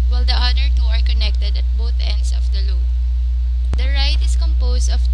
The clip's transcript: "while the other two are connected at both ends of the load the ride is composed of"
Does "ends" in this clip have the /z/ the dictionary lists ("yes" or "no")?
no